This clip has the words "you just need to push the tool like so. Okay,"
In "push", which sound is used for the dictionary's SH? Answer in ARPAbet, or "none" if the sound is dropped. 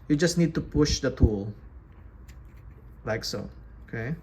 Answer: SH